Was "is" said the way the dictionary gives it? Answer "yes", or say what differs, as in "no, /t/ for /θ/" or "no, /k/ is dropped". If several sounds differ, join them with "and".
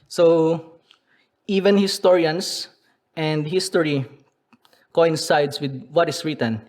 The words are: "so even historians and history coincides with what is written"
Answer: no, /s/ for /z/